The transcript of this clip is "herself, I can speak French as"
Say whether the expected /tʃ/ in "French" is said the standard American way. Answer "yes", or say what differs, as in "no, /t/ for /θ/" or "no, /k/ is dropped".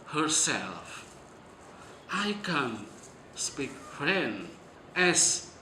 no, /tʃ/ is dropped